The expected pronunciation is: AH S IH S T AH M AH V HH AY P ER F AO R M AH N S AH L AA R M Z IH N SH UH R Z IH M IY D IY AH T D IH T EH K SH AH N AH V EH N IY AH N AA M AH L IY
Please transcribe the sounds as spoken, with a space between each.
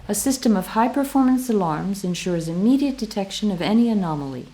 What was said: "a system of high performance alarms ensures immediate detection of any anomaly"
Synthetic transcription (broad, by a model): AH S IH S T AH M AH V HH AY P ER F AO R M AH N S AH L AA R M Z IH N SH UH R Z IH M IY D IY AH T D IH T EH K SH AH N AH V EH N IY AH N AA M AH L IY